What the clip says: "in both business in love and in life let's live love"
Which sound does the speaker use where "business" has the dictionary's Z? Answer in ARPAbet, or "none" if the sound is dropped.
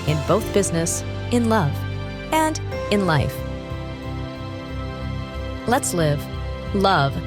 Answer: Z